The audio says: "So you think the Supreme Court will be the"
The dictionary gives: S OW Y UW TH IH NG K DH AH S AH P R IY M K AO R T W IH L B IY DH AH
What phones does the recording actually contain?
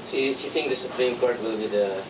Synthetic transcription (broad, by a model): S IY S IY T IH NG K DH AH S AH P R IY M K AO R T W IH L B IY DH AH